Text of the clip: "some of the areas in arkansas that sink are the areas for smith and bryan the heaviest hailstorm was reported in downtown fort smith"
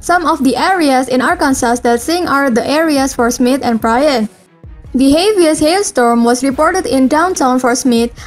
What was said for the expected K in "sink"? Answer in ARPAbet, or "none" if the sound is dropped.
none